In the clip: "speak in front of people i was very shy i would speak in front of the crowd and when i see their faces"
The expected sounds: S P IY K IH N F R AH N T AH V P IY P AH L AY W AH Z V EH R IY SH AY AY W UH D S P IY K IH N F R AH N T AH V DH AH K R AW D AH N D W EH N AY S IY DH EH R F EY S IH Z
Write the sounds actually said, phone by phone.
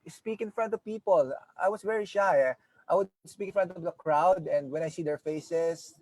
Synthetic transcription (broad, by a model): S P IY K IH N F R AH N T AH V P IY P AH L AY W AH S V EH R IY SH AY AY W UH D S P IY K IH N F R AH N T AH V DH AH K R AW D AH N D W EH N AY S IY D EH R F EY S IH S